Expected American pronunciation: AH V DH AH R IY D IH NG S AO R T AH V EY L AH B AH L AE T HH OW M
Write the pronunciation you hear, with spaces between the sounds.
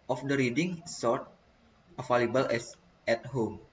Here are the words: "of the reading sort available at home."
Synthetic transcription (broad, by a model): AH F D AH R IY D IH NG S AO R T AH F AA L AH B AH L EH T HH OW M